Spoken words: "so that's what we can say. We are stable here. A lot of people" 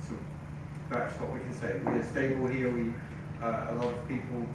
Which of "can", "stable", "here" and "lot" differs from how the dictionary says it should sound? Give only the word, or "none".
here